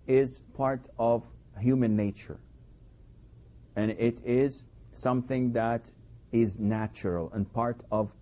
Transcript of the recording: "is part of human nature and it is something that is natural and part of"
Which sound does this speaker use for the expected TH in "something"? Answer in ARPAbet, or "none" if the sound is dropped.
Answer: TH